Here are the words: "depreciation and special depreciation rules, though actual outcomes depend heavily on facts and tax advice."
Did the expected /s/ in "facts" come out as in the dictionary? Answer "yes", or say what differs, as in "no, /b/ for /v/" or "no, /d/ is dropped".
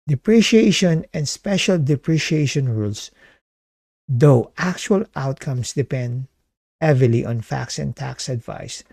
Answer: yes